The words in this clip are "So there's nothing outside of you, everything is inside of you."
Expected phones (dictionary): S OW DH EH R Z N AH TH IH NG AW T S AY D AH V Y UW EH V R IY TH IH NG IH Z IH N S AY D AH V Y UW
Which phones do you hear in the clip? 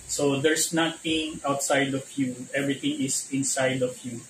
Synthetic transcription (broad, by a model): S OW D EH R S N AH T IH NG AW T S AY D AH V Y UW EH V R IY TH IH NG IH S IH N S AY D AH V Y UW